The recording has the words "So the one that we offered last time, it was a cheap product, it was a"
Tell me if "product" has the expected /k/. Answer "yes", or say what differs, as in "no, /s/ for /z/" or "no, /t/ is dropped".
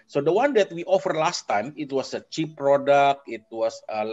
yes